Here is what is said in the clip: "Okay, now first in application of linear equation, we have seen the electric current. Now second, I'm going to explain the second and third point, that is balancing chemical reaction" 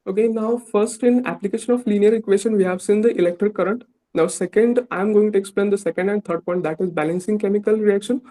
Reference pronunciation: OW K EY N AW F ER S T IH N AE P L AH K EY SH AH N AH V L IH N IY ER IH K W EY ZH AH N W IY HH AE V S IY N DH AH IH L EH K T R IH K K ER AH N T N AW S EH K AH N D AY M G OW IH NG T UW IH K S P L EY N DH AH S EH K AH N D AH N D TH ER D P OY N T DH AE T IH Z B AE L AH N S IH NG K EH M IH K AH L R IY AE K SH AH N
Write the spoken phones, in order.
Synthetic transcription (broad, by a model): OW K EY N AW F ER S T IH N AE P L AH K EY SH AH N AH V L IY N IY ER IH K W EY SH AH N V IY HH AE V S IY N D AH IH L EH K T R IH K K ER AH N T N AW S EH K AH N D AY M G OW IH NG T UW IH K S P L EY N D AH S EH K AH N D AH N D T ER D P OY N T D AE T IH Z B AE L AH N S IH NG K EH M IH K AH L R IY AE K SH AH N